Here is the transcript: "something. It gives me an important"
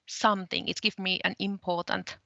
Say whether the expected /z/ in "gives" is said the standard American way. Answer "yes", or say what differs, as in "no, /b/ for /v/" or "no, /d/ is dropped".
no, /z/ is dropped